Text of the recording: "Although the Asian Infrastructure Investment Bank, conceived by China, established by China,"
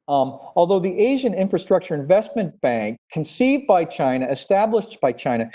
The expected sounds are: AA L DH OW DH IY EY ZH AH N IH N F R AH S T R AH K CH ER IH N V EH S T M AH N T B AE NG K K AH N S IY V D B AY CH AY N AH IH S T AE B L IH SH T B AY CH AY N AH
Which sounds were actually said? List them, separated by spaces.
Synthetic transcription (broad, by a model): AA L DH OW DH IY EY ZH AH N IH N F R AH S T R AH K CH ER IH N V EH S T M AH N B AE NG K K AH N S IY V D B AY CH AY N AH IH S T AE B L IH SH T B AY CH AY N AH